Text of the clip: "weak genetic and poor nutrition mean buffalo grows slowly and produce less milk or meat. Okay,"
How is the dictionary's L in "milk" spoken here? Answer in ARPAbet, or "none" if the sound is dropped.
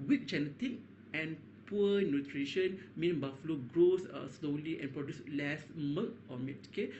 none